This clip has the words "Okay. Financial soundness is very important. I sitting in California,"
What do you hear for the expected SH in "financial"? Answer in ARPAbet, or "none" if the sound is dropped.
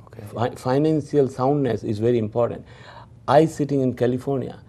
S